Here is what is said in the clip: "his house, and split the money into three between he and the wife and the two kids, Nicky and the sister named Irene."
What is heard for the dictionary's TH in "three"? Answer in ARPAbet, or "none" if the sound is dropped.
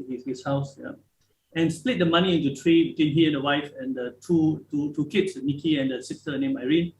T